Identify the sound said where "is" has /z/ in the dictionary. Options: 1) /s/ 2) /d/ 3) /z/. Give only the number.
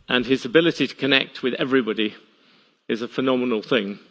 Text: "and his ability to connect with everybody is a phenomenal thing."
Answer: 3